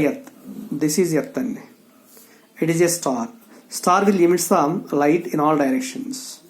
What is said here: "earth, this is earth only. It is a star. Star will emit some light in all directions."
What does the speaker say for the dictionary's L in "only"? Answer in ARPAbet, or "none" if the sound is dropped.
none